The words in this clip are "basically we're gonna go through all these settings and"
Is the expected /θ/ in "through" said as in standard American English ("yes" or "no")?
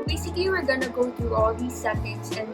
no